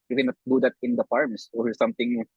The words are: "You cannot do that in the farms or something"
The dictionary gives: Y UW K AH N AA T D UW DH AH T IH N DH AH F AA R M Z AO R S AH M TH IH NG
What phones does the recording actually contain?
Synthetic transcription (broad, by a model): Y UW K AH N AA T D UW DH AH T IH N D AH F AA R M S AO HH S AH M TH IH NG